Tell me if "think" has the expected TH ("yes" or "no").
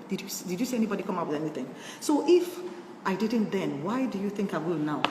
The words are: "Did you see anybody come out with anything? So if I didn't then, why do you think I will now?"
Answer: yes